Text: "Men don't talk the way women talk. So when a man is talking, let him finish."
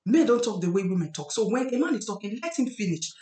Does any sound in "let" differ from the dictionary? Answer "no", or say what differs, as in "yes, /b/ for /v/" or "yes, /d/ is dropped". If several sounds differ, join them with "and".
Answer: no